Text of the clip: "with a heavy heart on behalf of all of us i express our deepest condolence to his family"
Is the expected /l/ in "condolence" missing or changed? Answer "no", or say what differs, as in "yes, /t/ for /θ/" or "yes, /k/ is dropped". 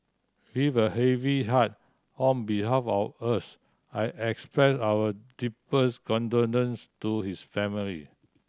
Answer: yes, /n/ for /l/